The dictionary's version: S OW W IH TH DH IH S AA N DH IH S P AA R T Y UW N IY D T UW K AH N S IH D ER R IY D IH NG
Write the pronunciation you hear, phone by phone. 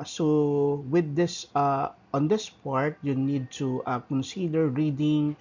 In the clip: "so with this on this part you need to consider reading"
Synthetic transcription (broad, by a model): S OW W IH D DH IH S AA N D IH S P AA R T Y UW N IY D T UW K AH N S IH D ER R IY D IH NG